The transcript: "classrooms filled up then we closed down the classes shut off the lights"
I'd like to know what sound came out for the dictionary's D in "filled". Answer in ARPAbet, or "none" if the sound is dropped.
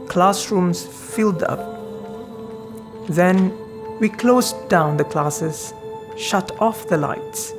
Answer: D